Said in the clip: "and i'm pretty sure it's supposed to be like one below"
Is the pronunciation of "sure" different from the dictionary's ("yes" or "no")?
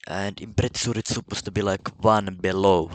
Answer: yes